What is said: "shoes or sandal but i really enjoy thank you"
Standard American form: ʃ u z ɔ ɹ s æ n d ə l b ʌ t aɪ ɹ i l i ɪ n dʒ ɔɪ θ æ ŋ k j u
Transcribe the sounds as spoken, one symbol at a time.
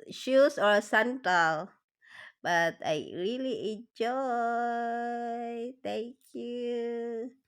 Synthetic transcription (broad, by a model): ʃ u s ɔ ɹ s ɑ n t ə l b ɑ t aɪ ɹ i l i ɪ n dʒ ɔɪ t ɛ ŋ k j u